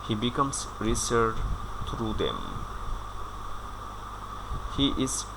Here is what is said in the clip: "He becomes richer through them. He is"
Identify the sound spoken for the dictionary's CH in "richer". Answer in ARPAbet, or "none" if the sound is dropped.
S